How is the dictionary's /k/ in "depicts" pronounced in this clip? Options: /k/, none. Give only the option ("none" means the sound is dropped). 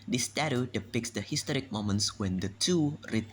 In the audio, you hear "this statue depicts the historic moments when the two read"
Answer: /k/